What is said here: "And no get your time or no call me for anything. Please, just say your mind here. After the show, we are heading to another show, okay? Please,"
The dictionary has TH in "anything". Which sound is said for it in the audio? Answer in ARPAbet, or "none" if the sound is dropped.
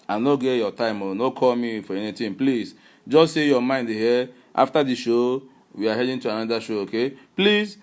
T